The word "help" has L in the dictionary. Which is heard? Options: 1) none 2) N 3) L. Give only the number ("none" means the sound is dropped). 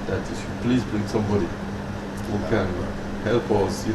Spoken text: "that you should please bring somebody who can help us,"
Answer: 3